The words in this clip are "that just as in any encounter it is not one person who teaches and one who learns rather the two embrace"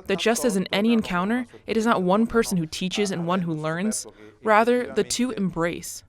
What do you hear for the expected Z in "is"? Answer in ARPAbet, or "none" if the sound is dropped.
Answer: Z